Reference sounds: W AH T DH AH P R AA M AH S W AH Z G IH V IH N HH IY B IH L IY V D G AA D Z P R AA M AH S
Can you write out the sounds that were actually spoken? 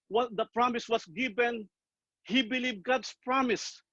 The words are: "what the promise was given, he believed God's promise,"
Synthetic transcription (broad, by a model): W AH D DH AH P R AA M AH S W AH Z G IH V IH N HH IY B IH L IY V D G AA D S P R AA M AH S